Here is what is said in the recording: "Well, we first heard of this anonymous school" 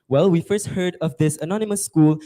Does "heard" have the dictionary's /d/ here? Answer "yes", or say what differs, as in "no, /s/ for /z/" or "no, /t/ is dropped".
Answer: yes